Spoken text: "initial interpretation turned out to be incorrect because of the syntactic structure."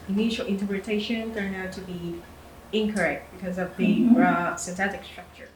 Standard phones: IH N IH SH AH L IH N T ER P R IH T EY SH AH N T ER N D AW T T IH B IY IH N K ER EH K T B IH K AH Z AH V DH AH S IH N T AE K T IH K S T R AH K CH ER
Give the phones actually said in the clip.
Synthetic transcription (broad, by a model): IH N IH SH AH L IH N T ER P R IH T EY SH AH N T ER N AW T T IH B IY IH N K ER EH K T B IH K AH Z AH V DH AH S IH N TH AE T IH K S T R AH K CH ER